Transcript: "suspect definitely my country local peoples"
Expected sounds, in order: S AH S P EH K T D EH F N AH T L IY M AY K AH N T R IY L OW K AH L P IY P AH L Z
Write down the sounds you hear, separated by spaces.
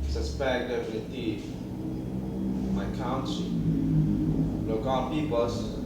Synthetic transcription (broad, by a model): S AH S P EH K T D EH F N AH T IY M AY K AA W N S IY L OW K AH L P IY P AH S